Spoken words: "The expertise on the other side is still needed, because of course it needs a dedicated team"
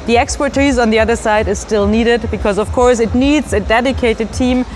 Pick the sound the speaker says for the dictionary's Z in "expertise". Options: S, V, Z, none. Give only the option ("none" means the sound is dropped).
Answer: Z